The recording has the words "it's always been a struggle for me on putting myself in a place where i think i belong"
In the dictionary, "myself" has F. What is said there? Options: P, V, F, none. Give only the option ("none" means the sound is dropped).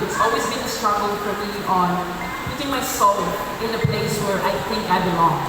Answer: none